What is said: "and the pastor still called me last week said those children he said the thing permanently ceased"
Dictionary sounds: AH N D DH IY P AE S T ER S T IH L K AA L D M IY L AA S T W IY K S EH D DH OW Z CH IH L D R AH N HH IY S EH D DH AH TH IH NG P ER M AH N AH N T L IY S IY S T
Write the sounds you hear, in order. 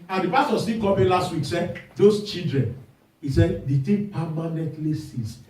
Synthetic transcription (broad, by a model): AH N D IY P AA S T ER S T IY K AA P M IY L AA S T W IY K S EH D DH OW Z CH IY L D R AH N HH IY S EH D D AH T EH P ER M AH N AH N T L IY S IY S